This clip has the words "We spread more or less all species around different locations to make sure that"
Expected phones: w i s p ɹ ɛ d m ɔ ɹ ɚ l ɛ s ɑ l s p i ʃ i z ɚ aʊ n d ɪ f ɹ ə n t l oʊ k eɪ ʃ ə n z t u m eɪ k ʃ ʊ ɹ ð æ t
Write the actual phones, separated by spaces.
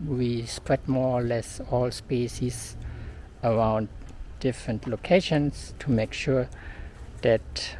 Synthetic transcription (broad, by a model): w i s p ɹ ɛ d m ɔ ɹ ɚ l ɛ s ɑ l s p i s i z ɚ aʊ n d ɪ f ɹ ə n t l oʊ k eɪ ʃ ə n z t u m eɪ k ʃ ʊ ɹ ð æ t